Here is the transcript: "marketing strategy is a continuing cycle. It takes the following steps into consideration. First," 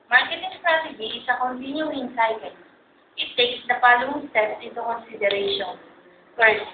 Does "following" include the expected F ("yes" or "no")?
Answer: no